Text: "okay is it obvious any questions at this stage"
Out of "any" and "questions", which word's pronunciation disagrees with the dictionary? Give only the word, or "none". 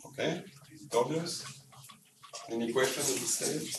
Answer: questions